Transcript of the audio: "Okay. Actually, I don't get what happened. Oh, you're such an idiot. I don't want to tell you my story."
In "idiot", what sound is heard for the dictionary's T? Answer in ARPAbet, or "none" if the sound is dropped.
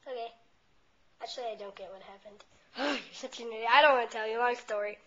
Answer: none